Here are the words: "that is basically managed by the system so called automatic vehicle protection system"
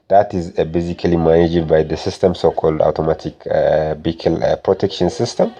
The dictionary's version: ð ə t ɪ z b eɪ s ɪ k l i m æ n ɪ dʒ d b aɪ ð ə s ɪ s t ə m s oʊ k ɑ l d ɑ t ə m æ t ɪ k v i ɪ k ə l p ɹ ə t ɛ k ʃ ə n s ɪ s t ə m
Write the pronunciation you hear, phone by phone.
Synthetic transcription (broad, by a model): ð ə t ɪ z b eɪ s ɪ k l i m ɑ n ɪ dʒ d b aɪ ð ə s ɪ s t ə m s oʊ k ɑ l d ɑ t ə m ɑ t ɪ k b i k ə l p ɹ ə t ɛ k ʃ ə n s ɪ s t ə m